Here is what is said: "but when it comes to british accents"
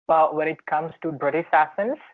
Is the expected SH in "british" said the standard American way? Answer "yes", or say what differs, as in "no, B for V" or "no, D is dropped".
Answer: no, S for SH